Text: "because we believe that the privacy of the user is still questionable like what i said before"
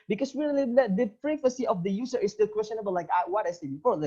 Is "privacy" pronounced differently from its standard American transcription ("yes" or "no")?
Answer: yes